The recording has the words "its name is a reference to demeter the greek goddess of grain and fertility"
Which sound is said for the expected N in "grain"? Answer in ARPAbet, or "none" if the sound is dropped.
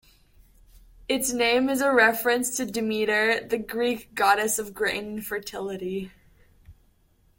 none